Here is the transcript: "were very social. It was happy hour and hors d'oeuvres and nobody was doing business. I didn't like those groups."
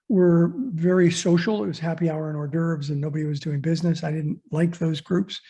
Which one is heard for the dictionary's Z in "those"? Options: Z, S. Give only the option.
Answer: Z